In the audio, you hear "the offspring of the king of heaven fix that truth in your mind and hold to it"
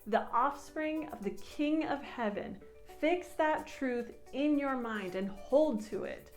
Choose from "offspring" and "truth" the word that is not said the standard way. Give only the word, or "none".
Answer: none